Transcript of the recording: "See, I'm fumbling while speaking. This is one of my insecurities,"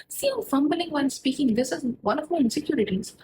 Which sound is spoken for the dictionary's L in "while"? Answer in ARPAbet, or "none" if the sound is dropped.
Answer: N